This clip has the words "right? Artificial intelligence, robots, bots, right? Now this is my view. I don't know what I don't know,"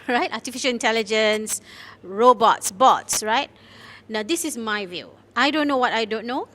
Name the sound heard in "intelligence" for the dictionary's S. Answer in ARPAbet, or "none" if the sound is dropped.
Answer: S